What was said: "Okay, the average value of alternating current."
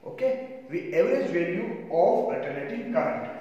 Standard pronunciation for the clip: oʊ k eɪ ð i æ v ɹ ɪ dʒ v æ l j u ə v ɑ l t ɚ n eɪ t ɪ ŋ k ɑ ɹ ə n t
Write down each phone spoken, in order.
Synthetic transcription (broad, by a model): oʊ k eɪ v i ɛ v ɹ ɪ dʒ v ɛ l j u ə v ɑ t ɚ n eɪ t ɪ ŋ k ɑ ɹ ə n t